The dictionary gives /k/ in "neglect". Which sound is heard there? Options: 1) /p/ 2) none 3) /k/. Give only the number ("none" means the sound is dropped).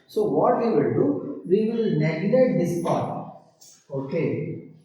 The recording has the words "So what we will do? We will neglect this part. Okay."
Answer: 2